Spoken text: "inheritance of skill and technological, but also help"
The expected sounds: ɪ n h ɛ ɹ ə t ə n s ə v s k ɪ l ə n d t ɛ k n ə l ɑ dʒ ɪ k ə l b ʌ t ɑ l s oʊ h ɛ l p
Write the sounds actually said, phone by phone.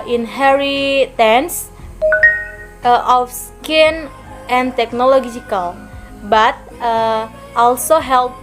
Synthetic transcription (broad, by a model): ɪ n h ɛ ɹ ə t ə n s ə f s k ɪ n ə n t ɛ k n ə l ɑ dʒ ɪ k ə l b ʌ t ɑ l s oʊ h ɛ l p